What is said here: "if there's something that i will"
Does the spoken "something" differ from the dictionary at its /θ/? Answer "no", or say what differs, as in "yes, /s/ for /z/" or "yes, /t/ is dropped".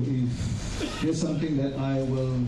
yes, /t/ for /θ/